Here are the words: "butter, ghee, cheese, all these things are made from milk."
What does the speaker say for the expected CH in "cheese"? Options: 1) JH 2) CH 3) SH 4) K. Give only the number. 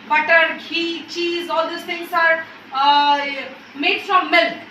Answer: 2